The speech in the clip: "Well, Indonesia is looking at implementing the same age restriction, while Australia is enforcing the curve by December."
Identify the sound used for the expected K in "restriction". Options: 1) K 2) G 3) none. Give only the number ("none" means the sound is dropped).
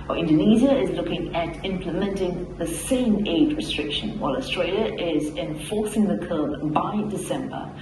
1